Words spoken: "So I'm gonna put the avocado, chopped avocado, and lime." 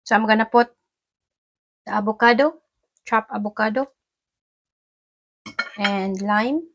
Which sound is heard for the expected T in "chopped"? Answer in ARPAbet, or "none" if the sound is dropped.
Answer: none